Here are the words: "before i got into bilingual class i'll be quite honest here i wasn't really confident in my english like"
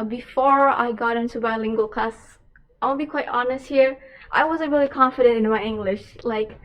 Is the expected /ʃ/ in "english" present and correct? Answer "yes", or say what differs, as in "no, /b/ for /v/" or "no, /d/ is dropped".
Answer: yes